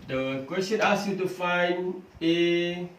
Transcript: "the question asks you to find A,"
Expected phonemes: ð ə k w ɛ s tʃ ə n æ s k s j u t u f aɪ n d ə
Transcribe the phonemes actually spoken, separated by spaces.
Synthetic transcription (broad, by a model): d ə k w ɛ s tʃ ə n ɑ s s j u t u f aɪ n ə